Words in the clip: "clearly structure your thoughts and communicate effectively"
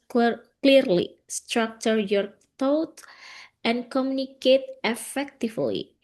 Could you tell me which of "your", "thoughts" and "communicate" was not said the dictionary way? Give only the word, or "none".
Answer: thoughts